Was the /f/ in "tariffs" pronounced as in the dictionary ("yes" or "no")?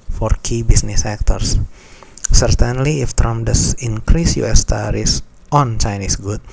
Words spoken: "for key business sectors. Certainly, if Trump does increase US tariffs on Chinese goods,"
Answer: no